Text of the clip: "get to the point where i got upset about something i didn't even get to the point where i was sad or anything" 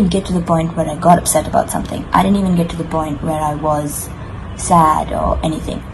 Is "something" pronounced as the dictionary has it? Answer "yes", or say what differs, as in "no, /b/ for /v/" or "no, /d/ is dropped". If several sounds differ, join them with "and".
yes